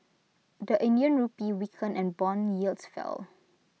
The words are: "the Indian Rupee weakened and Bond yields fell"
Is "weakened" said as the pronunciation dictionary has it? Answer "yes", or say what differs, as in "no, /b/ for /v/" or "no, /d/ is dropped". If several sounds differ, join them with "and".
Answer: no, /d/ is dropped